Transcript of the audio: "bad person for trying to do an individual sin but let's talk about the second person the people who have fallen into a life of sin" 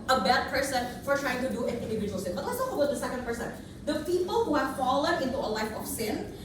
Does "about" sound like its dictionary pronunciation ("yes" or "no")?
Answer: no